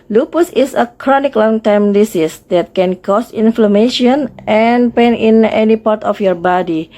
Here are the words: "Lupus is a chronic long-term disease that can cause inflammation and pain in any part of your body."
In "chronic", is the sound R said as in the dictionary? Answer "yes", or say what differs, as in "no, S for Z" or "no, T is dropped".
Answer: yes